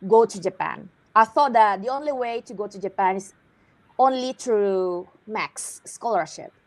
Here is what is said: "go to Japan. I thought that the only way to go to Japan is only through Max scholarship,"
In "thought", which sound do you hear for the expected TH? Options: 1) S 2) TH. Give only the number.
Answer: 2